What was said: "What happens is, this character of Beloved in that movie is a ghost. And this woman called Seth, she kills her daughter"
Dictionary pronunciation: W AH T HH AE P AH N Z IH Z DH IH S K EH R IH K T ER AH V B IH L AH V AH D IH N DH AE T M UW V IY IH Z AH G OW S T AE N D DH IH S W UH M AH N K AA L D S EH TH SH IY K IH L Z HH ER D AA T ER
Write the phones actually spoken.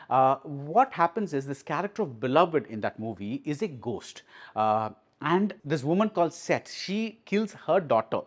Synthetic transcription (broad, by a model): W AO T HH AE P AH N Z IH Z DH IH S K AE R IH K T ER AH V B IH L AH V AH D IH N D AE T M UW V IY IH Z AH G OW S T AE N D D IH S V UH M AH N K AA L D S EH T SH IY K IH L Z HH ER D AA T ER